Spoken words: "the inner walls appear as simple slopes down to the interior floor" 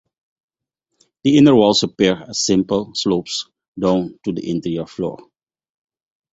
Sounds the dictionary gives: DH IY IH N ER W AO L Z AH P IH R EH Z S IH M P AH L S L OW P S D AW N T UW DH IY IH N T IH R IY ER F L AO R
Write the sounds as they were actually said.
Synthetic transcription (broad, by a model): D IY IH N ER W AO L S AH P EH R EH S IH M P AH L S L OW P S D AW N T UW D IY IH N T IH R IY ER F L AO R